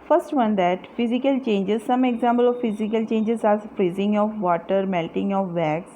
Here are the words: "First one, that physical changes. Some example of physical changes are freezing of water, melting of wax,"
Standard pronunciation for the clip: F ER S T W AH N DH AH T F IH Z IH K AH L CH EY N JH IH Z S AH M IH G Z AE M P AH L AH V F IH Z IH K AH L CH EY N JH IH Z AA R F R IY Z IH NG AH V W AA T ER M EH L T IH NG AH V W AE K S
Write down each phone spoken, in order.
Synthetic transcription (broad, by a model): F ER S T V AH N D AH T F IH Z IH K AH L CH EY N JH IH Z S AH M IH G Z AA M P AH L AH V F IH Z IH K AH L CH EY N JH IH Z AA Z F R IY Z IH NG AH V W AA T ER M EH L T IH NG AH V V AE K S